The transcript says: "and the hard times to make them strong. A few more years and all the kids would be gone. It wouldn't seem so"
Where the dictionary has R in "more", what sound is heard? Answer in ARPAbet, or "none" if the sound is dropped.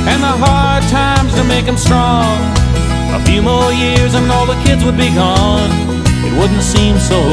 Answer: L